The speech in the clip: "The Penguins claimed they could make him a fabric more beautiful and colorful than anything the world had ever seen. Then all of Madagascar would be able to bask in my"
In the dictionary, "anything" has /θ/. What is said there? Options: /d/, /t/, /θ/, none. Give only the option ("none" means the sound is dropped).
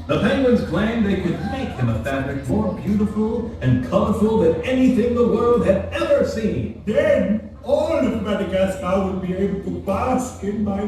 /θ/